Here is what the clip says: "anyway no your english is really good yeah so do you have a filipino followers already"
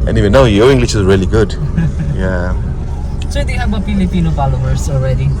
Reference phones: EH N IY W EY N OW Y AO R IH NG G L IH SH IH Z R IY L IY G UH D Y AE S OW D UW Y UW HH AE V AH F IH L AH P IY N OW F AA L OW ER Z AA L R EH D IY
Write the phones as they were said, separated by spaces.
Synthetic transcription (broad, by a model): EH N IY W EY N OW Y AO IH NG G L IH SH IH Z R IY L IY G UH D Y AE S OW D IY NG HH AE B AH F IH L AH P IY N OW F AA L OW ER S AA L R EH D IY